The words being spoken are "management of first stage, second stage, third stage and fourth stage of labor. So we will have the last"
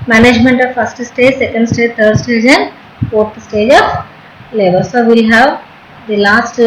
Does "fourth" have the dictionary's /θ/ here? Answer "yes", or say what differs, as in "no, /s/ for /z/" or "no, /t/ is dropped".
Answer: no, /t/ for /θ/